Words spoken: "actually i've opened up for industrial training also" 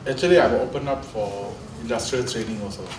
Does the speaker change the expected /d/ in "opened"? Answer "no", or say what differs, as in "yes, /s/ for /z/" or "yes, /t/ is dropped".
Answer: yes, /d/ is dropped